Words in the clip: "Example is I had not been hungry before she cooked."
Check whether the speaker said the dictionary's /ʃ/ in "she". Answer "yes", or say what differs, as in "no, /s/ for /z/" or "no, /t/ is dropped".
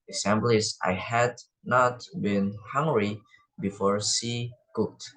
no, /s/ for /ʃ/